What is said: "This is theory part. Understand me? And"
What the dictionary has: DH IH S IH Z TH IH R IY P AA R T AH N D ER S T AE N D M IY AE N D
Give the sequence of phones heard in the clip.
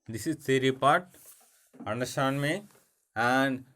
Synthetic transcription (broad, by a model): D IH S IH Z S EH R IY P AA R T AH N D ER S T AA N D M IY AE N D